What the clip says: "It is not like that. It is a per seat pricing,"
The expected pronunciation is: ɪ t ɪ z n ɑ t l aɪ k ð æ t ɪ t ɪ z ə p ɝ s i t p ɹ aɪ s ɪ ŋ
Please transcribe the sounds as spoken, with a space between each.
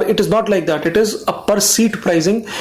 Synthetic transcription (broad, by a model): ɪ t ɪ z n ɑ t l aɪ k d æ t ɪ t ɪ z ə p ɝ s i t p ɹ aɪ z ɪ ŋ